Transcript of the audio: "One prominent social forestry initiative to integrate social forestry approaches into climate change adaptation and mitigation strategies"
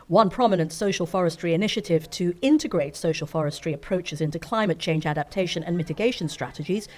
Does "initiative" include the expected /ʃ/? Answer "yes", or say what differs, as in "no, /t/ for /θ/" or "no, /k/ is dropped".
yes